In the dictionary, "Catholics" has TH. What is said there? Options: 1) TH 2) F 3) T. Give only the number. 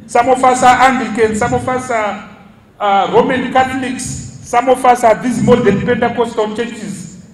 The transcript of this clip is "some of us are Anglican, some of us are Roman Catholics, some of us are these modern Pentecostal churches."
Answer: 3